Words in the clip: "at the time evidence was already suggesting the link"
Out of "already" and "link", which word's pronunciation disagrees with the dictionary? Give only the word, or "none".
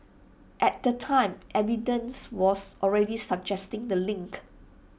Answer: none